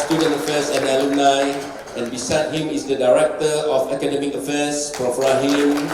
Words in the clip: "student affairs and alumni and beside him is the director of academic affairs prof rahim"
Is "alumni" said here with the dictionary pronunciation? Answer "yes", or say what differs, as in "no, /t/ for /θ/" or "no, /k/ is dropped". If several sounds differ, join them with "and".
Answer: no, /m/ is dropped